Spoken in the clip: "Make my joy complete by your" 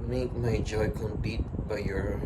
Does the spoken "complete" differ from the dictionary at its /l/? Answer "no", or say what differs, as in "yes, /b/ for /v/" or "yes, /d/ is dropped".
yes, /l/ is dropped